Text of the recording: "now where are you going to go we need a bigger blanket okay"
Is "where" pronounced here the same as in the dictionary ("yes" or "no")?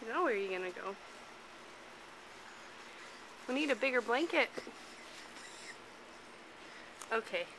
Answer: no